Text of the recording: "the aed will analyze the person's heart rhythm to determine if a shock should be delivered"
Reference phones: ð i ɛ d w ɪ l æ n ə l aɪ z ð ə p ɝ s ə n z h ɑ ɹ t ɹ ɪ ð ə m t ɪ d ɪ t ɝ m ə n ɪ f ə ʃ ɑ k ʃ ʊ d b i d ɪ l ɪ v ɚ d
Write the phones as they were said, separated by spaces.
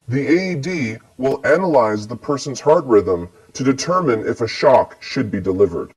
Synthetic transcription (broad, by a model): ð i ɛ d w ɪ l æ n ə l aɪ z ð ə p ɝ s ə n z h ɑ ɹ t ɹ ɪ ð ə m t ɪ d ɪ t ɝ m ə n ɪ f ə ʃ ɑ k ʃ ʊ d b i d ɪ l ɪ v ɚ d